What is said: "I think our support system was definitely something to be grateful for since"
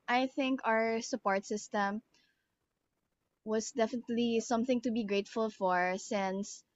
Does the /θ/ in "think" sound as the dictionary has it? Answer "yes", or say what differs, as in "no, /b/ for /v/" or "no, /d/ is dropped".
yes